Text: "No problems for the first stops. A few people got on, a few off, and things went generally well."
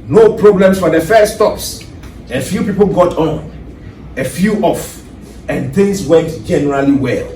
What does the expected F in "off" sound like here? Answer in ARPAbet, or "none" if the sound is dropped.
F